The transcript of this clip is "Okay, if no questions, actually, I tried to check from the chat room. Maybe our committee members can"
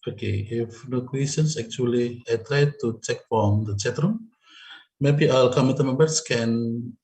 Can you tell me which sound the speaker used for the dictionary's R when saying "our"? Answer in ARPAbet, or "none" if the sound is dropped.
L